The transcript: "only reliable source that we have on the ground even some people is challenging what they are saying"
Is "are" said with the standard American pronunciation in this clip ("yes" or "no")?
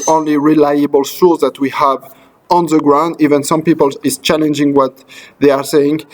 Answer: yes